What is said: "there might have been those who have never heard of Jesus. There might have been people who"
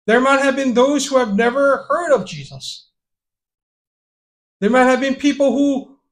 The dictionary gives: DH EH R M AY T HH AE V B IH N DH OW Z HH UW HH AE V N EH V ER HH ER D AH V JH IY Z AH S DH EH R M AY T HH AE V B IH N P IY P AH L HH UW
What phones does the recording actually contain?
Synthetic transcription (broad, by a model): DH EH R M AY T HH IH V B IH N DH OW Z HH UW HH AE V N EH V ER HH ER D AH V JH IY Z AH S DH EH R M AY T HH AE V B IH N P IY P L HH UW